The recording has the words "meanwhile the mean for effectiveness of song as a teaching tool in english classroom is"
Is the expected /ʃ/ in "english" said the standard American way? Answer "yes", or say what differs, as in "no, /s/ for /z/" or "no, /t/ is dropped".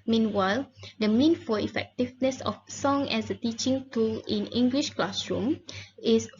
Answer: yes